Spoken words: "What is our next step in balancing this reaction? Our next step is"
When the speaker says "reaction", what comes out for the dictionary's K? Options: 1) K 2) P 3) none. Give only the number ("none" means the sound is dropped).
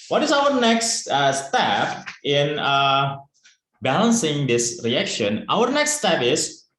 1